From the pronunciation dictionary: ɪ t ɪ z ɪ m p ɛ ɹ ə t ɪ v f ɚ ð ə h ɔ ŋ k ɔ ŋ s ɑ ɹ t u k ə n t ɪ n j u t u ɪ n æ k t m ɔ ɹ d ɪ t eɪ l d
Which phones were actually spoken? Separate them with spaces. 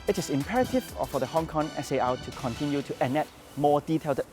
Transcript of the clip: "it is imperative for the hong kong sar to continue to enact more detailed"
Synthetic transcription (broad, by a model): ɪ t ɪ s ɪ m p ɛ ɹ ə t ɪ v f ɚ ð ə h ɔ ŋ k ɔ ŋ s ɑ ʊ t u k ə n t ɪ n j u t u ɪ n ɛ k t m ɔ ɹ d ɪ t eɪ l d